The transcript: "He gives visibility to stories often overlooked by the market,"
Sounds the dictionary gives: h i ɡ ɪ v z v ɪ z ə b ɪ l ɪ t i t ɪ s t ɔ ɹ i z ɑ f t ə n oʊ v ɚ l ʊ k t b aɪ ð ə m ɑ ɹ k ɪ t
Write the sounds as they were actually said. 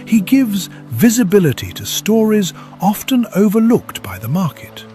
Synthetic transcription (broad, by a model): h i ɡ ɪ v z v ɪ z ə b ɪ l ɪ t i t ɪ s t ɔ ɹ i z ɑ f t ə n oʊ v ɚ l ʊ k t b aɪ ð ə m ɑ ɹ k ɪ t